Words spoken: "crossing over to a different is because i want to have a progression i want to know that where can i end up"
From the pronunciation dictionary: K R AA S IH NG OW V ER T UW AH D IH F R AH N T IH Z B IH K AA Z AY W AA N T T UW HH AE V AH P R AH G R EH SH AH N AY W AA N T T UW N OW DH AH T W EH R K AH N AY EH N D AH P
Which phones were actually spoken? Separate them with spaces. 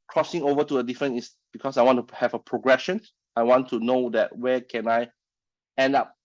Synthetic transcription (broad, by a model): K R AA S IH NG OW V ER T UW AH D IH F R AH N IH S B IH K AA S AY W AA N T T UW HH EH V AH P R AH G R EH SH AH N AY W AA N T T UW N OW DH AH T W EH K AH N AY EH N D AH P